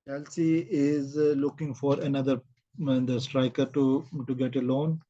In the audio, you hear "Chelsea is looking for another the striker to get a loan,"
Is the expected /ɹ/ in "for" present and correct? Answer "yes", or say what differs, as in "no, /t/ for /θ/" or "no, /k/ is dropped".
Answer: yes